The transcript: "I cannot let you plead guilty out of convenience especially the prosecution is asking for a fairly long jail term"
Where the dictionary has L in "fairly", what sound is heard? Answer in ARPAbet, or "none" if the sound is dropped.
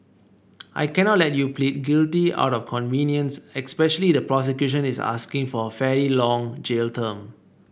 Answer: none